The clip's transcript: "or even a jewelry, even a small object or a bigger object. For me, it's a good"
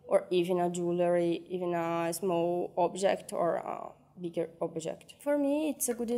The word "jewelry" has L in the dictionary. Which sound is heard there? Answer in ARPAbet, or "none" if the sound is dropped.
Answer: L